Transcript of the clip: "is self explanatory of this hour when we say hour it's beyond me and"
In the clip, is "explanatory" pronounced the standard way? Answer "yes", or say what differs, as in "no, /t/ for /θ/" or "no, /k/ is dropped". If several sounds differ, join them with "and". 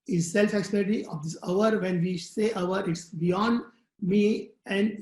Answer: no, /l/ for /n/